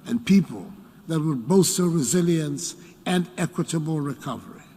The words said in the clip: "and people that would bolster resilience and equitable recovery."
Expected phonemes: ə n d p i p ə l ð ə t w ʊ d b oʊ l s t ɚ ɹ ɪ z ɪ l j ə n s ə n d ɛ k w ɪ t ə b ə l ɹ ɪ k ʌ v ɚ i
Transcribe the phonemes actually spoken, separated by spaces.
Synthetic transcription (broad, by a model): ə n p i p ə l ð ə t w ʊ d b oʊ s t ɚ ɹ ɪ z ɪ l j ə n s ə n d ɛ k w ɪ t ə b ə l ɹ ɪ k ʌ v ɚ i